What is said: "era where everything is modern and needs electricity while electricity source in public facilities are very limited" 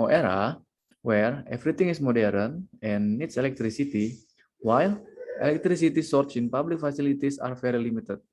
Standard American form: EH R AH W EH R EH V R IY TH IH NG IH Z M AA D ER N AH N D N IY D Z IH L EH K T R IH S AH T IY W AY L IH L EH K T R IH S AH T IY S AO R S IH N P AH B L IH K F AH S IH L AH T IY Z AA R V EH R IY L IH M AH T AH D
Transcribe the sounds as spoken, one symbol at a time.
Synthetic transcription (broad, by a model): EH R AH W EH R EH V R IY T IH NG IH S M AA D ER AH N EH N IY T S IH L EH K T R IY S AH T IY W AY L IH L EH K T R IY S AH T IY S AO R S IH N P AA B L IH K F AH S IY L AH T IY S AA R F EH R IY L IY M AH T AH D